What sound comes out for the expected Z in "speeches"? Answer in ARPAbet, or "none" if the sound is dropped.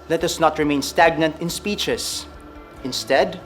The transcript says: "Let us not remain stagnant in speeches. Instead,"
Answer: S